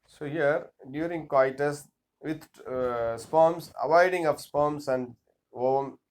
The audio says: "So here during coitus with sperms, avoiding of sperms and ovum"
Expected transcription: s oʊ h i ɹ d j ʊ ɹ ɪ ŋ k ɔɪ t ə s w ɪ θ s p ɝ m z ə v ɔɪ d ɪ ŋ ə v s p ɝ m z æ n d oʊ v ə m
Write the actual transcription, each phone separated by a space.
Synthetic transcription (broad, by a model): s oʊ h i ɹ d j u ɹ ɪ ŋ k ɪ t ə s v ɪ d s p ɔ m s ə v ɔɪ d ɪ ŋ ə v s p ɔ m s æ n d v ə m